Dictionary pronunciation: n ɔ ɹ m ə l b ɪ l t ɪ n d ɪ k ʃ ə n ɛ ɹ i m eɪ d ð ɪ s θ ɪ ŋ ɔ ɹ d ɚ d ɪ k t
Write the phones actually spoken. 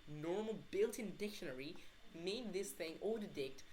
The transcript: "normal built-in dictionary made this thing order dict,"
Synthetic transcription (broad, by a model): n ɔ ɹ m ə l b ɪ l t ɪ n d ɪ k ʃ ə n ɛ ɹ i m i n ð ɪ s θ ɪ ŋ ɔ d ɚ d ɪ k t